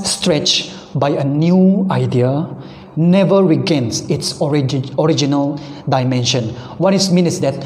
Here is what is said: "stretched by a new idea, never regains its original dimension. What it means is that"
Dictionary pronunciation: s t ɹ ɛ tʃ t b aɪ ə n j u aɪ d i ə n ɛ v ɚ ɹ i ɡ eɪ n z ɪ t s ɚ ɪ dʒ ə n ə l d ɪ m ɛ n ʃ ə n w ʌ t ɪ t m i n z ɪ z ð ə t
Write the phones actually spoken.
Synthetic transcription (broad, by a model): s t ɹ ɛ tʃ b aɪ ə n j u aɪ d i ə n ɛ v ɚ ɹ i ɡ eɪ n s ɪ t s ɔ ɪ dʒ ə n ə l d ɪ m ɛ n ʃ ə n w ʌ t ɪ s m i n ɪ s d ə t